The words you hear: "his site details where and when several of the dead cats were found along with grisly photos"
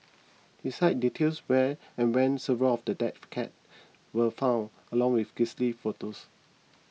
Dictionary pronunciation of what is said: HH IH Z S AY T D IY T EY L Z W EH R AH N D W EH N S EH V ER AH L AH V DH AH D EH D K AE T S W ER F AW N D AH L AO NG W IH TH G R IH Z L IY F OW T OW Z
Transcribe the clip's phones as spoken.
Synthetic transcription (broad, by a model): HH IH S AY T D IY T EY L S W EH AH N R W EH N S EH V ER AH L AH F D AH D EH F K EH T W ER F AW N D AH L AO NG W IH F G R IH S L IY F OW T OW S